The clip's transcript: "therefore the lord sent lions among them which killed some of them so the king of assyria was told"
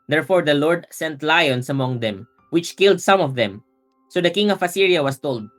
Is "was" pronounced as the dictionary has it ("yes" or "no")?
no